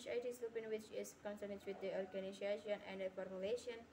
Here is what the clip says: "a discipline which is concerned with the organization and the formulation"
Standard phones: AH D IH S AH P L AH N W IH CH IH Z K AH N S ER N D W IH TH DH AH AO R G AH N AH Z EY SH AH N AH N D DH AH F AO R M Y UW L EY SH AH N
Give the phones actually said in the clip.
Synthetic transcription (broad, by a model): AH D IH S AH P AH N W IH CH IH S K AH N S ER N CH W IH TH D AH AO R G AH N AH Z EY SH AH N AH N D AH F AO R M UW L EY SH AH N